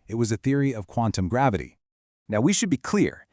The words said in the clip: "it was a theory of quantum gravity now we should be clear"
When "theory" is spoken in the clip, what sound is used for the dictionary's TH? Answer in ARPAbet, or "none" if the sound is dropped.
TH